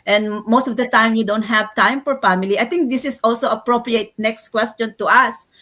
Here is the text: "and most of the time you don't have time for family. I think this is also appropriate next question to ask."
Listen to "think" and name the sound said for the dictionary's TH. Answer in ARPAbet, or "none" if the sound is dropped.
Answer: T